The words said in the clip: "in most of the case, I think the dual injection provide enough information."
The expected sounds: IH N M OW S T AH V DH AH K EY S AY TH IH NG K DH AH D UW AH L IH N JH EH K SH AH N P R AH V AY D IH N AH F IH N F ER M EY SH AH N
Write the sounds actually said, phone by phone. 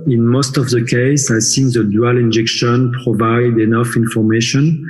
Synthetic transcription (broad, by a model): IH N M OW S T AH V DH AH K EY S AY S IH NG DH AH D UW AH L IH N JH EH K SH AH N P R AH V AY D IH N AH F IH N F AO M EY SH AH N